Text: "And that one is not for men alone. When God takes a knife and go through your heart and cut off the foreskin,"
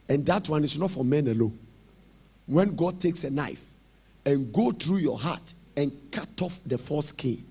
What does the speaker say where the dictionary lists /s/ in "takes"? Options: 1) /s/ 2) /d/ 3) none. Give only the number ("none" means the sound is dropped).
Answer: 1